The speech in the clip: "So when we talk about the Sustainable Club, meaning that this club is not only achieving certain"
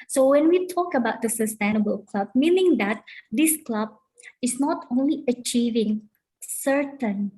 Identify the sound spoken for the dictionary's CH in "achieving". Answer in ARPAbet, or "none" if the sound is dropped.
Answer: CH